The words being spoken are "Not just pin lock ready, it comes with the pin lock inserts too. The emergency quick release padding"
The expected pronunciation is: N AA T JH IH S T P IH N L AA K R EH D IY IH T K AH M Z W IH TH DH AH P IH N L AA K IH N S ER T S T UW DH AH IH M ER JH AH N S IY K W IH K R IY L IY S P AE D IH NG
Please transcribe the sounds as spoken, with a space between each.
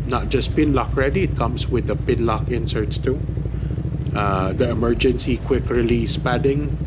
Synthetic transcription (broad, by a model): N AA T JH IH S P IH N L AA K R EH D IY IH T K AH M S W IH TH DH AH P IH N L AA K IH N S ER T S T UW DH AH IH M ER JH AH N S IY K W IH K R IY L IY S P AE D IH NG